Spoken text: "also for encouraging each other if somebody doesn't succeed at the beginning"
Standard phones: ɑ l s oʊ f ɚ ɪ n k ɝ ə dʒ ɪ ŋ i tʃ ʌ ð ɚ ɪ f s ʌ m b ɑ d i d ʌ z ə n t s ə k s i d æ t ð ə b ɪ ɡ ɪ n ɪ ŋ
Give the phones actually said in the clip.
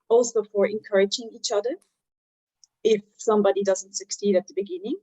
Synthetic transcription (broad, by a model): ɑ l s oʊ f ɚ ɪ n k ɝ ə dʒ ɪ ŋ i tʃ ʌ ð ɚ ɪ f s ʌ m b ɑ d i d ʌ z ə n t s ə k s i d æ t ð ə b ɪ ɡ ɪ n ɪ ŋ